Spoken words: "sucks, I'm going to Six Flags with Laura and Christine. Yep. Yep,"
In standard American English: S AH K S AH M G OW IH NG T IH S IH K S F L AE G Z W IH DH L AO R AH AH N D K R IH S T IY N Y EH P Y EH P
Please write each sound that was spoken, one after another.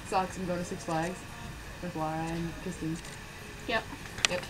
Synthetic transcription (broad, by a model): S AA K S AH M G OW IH T IH S IH K S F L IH G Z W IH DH W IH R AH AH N K IH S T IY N Y EH P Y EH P